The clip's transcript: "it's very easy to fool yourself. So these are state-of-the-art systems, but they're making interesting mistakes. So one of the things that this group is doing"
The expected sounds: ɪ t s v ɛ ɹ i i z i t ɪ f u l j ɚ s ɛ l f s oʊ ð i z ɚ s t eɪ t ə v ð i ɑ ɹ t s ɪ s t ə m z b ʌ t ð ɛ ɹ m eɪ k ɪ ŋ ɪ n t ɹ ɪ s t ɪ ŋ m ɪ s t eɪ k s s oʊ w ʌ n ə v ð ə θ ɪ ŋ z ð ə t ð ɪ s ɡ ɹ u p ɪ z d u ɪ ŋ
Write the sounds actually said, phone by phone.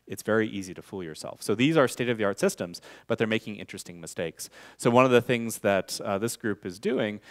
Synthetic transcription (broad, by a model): ɪ t s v ɛ ɹ i i z i t ɪ f u l j ɚ s ɛ l f s oʊ ð i z ɚ s t eɪ t ə v ð i ɑ ɹ t s ɪ s t ə m z b ʌ t ð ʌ ɹ m eɪ k ɪ ŋ ɪ n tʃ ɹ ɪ s t ɪ ŋ m ɪ s t eɪ k s s oʊ w ʌ n ə v ð ə θ ɪ ŋ z ð ə t ð ɪ s ɡ ɹ u p ɪ z d u ɪ ŋ